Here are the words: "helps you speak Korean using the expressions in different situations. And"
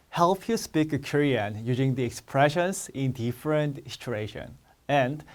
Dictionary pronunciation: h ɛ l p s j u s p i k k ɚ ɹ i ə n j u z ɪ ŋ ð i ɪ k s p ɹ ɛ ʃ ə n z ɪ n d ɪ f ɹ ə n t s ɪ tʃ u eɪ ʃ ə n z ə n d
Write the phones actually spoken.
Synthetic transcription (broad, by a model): h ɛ l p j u s p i k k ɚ ɹ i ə n j u z ɪ ŋ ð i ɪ k s p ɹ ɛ ʃ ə n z ɪ n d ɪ f ɹ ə n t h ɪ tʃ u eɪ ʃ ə n ə n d